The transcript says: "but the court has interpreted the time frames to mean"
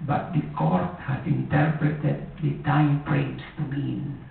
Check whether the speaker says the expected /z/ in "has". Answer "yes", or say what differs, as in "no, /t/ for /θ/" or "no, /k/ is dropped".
no, /s/ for /z/